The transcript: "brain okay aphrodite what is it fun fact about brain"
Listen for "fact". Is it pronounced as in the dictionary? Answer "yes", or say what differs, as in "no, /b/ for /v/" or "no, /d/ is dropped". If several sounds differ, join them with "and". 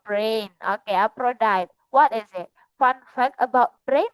no, /t/ is dropped